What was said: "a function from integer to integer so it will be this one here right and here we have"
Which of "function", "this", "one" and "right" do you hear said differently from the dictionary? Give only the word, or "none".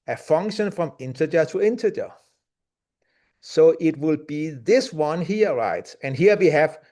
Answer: none